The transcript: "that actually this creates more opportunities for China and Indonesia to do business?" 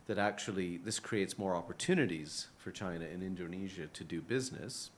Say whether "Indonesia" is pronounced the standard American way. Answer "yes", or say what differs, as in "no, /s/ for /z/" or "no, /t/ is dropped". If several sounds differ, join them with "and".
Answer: yes